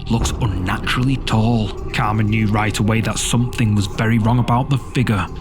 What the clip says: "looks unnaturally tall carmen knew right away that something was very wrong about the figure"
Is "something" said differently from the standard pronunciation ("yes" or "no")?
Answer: no